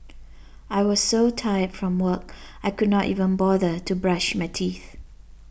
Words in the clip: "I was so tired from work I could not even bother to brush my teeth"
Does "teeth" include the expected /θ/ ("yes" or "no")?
yes